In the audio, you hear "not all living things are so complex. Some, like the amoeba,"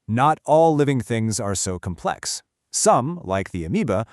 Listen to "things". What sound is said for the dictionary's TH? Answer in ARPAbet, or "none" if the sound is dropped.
TH